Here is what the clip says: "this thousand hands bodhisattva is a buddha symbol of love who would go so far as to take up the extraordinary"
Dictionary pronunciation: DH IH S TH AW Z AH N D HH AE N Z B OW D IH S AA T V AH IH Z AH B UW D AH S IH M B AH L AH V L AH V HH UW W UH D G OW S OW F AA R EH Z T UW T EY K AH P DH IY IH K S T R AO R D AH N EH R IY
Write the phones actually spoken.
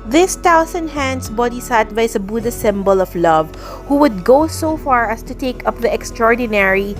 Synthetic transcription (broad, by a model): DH IH S T AW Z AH N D HH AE N S B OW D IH S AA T B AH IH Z AH B UW D AH S IH M B AH L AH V L AH V HH UW W UH D G OW S OW F AA R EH S T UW T EY K AH P DH IY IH K S T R AO R D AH N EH R IY